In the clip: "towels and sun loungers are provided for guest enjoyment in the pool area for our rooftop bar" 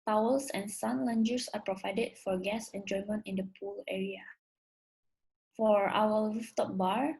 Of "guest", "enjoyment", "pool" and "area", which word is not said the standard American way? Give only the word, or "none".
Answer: guest